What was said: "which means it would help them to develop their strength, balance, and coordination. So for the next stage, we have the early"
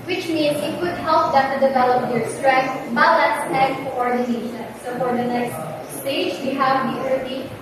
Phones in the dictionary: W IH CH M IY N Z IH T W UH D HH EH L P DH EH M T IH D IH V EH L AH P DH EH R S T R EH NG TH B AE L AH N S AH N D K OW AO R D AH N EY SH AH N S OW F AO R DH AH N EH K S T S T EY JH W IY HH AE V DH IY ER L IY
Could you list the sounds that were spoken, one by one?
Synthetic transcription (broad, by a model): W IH CH M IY N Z IH T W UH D HH EH L P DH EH T IH D IH V EH L AH P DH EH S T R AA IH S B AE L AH S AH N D K OW AO R D AH N EY SH AH N S OW F AO R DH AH N EH K S T S T EY JH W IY HH AE V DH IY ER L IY